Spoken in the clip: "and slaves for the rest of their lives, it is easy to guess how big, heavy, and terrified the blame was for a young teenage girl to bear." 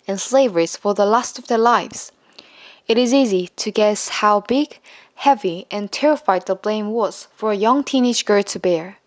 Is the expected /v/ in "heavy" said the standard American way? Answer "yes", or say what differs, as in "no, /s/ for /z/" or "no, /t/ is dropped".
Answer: yes